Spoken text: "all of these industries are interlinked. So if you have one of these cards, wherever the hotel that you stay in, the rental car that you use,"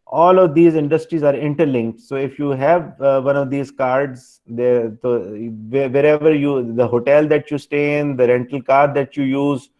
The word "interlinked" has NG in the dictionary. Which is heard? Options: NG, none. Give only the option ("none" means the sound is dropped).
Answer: NG